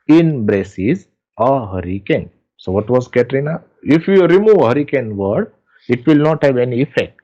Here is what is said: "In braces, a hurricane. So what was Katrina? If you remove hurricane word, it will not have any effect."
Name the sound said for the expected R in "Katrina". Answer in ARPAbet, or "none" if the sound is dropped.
R